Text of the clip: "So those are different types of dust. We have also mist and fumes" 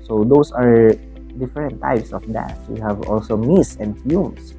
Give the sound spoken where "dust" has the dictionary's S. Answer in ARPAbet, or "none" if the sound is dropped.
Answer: none